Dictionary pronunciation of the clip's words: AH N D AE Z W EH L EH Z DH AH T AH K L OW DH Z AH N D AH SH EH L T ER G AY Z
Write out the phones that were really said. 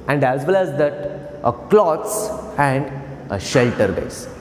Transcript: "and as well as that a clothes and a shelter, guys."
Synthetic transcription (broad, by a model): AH N D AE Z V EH L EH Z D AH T AH K L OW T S AH N D AH SH EH L T ER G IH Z